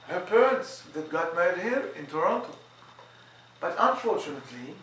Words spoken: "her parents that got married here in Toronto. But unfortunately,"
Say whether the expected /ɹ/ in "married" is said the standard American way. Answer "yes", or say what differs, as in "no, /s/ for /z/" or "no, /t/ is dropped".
no, /ɹ/ is dropped